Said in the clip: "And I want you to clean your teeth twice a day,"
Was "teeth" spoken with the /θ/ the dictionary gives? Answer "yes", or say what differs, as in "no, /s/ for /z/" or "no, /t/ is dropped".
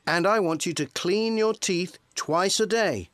yes